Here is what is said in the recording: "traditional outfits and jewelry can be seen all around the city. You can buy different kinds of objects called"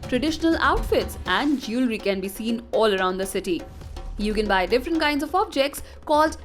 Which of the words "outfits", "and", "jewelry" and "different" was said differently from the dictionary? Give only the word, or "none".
none